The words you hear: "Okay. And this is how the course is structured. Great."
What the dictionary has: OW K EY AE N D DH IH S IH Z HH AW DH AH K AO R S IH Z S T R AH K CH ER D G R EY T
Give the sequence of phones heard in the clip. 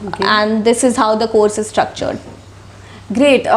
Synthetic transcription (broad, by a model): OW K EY AE N D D IH S IH Z HH AW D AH K AO R S IH Z S T R AH K CH ER D G R EY T